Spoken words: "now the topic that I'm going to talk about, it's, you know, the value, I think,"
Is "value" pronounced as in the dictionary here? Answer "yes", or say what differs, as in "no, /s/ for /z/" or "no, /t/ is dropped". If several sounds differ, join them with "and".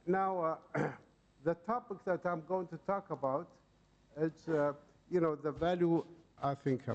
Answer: yes